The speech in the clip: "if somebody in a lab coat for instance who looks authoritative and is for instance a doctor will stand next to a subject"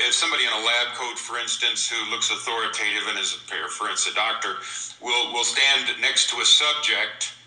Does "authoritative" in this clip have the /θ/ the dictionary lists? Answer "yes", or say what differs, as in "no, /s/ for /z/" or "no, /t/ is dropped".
yes